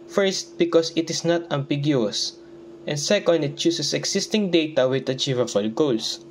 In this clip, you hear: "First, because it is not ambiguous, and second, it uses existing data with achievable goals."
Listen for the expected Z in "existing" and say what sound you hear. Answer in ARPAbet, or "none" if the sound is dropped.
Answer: S